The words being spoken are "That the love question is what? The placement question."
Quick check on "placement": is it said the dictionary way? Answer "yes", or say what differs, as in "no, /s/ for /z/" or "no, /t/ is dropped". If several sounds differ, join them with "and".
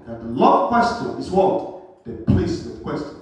no, /n/ is dropped